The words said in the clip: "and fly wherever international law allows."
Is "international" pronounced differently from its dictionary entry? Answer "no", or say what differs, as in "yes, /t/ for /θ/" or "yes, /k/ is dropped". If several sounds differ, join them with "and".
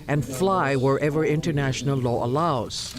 no